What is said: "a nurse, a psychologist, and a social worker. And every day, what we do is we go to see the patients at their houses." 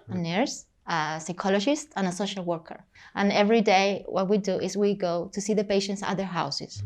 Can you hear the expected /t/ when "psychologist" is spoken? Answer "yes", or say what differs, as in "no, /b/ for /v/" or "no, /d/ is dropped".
yes